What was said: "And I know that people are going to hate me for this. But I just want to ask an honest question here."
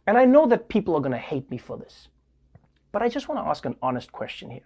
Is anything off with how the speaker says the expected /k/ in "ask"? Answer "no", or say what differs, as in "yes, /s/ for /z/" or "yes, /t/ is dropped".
no